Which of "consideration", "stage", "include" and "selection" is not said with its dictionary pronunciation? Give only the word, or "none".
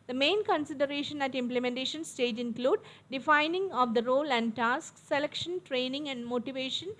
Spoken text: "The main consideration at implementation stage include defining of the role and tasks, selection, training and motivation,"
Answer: none